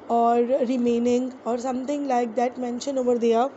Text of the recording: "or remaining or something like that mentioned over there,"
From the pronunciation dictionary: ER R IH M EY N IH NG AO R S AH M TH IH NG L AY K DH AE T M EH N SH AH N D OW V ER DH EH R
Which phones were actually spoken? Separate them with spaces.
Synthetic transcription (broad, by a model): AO R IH M EY N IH NG AO R S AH M T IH NG L AY K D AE T M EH N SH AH N OW V ER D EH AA